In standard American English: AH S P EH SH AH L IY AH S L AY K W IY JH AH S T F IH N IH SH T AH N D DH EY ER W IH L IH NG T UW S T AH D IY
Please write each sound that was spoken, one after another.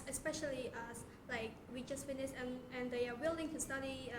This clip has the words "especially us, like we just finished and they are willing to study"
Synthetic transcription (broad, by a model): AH S P EH SH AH L IY AH S L AY K W IY JH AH S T F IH N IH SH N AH N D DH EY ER W IH L IH NG T UW S T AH D IY